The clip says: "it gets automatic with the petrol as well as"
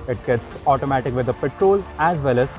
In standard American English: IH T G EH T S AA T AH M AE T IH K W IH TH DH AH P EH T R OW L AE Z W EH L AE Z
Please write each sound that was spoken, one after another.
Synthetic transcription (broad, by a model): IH T G EH T S AA T AH M AE T IH K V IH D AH P EH T R OW L AE Z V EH L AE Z